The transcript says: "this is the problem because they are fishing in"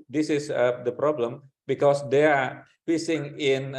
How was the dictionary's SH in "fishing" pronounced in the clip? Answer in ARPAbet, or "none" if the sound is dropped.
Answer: S